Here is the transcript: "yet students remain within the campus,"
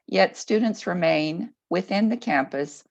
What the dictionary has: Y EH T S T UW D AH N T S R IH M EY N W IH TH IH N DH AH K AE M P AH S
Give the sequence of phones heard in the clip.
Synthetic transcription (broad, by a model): Y EH T S T UW D N T S R IH M EY N W IH TH IH N DH AH K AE M P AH S